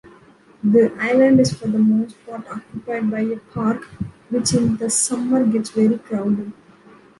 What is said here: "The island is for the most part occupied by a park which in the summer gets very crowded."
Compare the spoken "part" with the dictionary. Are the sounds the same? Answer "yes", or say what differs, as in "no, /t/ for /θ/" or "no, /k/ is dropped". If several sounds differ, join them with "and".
no, /f/ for /p/